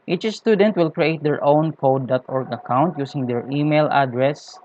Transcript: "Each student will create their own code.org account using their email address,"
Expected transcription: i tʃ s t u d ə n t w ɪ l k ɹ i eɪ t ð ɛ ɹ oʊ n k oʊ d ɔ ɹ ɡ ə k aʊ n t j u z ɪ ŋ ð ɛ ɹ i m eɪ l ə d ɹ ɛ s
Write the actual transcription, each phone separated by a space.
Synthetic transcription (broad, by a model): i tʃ s t u d ə n t w ɪ l k ɹ i eɪ t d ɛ ɹ oʊ n k oʊ d ɔ ɹ ɡ ə k aʊ n t j u s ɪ ŋ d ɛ ɹ i m eɪ l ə d ɹ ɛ s